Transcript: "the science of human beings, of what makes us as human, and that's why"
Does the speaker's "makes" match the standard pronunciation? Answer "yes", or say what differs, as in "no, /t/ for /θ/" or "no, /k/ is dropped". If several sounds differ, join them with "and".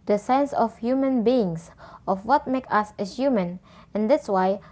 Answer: no, /s/ is dropped